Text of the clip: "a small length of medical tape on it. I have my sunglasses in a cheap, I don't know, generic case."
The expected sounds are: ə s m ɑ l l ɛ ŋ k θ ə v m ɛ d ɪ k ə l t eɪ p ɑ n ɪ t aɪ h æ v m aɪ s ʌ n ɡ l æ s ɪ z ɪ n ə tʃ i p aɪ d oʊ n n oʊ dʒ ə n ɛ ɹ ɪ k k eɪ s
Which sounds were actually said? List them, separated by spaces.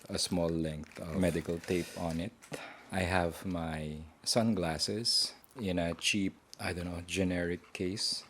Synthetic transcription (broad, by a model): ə s m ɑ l l ɛ ŋ k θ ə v m ɛ d ɪ k ə l t eɪ p ɑ n ɪ t aɪ h æ v m aɪ s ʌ n ɡ l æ s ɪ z ɪ n ə tʃ i p aɪ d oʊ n n oʊ dʒ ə n ɛ ɹ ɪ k k eɪ s